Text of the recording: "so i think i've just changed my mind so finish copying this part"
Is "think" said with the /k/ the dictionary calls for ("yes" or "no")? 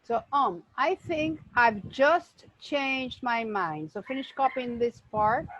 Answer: yes